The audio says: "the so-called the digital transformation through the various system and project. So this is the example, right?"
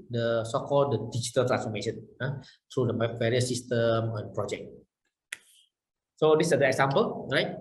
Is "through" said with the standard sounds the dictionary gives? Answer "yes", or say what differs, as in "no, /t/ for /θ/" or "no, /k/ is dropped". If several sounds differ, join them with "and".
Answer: no, /t/ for /θ/